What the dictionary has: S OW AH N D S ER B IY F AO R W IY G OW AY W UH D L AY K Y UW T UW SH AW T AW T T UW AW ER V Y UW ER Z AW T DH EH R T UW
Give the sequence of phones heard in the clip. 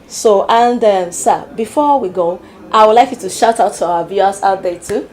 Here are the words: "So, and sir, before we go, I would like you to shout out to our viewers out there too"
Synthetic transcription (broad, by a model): S OW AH N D S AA B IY F AO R W IY G OW AY W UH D L AY K Y UW T UW SH AW T AW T T UW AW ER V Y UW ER S AW T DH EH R T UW